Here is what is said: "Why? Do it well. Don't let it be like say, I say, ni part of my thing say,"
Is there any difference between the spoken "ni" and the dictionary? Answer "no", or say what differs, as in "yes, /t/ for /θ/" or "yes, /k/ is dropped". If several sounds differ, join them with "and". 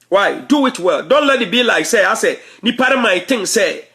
no